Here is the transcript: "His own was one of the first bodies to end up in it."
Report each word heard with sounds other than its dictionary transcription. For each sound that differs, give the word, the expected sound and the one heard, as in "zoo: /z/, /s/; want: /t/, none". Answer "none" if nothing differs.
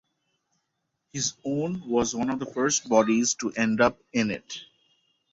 none